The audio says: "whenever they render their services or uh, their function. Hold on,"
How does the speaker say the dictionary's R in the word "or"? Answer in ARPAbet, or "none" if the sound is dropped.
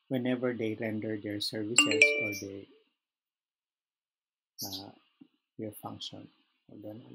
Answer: L